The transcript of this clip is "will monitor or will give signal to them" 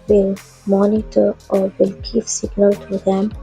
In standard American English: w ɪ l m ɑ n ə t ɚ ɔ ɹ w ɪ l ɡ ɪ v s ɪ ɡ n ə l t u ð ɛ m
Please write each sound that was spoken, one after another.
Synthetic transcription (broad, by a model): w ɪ l m ɑ n ə t ɚ ɔ ɹ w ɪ l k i p s ɪ ɡ n ə l t u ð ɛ m